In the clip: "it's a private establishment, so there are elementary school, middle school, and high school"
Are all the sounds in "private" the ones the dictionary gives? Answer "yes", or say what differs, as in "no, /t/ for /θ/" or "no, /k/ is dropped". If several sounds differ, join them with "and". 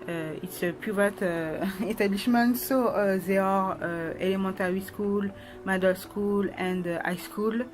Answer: no, /ɹ/ is dropped